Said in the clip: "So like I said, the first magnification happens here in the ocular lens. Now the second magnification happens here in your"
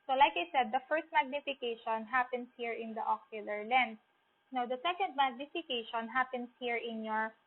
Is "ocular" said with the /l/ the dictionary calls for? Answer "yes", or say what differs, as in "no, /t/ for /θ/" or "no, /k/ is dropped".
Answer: yes